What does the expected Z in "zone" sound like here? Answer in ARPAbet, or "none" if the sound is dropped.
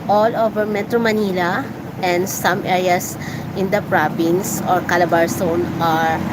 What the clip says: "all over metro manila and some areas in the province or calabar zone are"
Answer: S